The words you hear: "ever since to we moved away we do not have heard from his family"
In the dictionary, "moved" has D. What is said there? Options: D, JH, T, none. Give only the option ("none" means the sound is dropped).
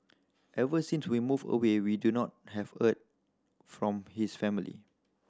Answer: none